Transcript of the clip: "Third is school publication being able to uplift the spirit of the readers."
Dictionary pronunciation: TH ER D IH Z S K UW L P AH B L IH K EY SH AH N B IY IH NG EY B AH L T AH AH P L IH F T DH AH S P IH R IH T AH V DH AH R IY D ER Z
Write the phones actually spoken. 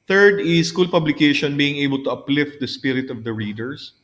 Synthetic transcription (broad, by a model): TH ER D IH S K UW L P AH B L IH K EY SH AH N B IY IH NG EY B AH L T AH AH P L IH F T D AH S P IH R IH T AH V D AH R IY D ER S